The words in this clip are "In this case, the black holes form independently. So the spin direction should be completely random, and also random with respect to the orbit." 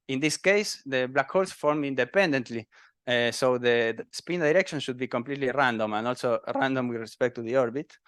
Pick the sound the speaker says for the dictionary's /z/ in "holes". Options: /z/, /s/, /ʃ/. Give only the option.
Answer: /s/